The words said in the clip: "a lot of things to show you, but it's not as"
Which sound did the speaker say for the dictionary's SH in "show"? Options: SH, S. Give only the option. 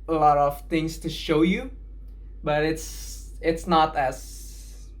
SH